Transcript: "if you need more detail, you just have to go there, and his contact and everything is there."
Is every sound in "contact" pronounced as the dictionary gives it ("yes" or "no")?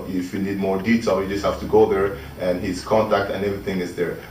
yes